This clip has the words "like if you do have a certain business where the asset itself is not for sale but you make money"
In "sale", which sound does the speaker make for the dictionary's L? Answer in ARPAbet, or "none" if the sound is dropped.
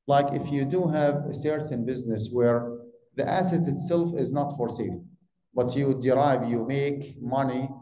N